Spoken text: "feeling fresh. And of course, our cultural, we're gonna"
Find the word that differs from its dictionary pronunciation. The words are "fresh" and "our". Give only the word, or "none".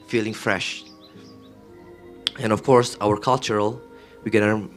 none